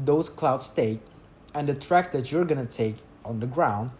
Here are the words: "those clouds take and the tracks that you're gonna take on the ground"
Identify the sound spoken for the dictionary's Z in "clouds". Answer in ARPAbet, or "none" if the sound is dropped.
S